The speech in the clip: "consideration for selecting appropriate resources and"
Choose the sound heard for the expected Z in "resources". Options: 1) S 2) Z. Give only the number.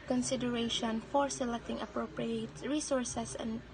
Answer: 1